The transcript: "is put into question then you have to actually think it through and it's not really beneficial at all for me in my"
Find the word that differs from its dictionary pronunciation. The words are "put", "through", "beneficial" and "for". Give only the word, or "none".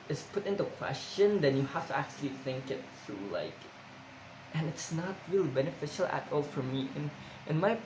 through